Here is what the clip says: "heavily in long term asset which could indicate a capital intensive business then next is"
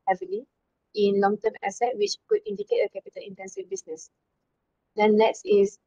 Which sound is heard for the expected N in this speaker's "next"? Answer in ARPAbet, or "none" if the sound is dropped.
L